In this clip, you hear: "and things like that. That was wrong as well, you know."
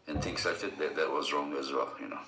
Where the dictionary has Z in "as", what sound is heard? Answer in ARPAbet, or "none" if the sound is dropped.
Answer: Z